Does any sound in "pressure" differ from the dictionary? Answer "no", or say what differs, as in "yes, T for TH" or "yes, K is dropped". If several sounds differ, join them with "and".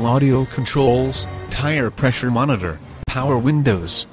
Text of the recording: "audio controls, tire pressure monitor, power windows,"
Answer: no